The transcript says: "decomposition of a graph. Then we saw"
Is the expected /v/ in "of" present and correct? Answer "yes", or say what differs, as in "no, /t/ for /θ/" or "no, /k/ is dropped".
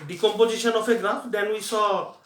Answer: no, /p/ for /v/